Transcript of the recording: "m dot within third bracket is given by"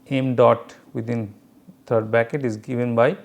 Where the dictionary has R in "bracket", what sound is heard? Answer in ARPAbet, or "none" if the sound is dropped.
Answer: none